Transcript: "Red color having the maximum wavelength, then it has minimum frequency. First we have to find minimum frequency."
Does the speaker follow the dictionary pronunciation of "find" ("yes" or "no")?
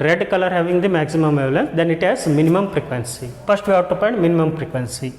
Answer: no